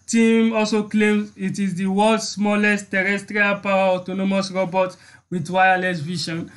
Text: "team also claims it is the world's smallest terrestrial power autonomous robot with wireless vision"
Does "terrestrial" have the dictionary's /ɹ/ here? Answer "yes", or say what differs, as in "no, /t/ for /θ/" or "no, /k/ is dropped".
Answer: yes